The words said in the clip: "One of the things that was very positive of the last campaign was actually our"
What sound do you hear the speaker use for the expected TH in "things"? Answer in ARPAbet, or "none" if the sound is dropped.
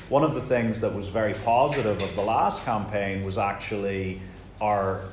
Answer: TH